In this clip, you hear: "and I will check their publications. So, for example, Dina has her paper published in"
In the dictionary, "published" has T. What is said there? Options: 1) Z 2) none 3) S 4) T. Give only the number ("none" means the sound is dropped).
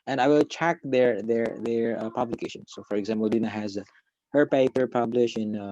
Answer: 2